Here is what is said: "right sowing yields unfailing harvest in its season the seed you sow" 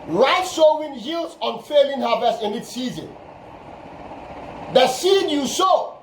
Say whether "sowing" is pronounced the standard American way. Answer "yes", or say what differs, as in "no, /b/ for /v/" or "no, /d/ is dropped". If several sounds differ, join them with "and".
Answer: no, /ʃ/ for /s/